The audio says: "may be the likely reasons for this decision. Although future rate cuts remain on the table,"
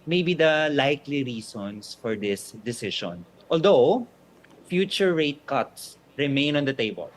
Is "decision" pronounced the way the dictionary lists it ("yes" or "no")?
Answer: no